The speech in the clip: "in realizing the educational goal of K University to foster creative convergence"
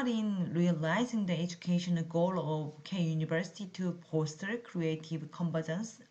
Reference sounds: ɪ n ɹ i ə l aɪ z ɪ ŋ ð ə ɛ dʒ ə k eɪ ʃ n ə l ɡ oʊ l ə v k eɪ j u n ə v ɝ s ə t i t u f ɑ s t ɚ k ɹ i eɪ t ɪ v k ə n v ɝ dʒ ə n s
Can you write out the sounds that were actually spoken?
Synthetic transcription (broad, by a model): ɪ n ɹ i ə l aɪ z ɪ ŋ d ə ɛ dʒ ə k eɪ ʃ ə n ɡ oʊ l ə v k eɪ j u n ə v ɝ s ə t i t u p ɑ s t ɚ k ɹ i eɪ t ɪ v k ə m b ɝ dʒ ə n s